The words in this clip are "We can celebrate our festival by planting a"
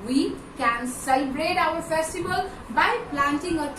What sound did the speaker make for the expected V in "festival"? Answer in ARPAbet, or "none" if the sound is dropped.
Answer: B